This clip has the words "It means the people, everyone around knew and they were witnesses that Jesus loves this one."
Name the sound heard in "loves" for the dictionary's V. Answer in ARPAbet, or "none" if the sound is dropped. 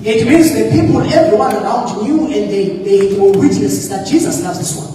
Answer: none